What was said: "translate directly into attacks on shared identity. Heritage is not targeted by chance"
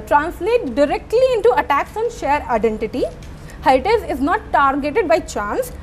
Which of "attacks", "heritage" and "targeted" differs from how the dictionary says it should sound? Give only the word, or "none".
heritage